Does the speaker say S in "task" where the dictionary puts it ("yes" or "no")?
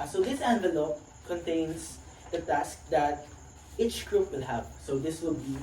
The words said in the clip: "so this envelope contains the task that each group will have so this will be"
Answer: yes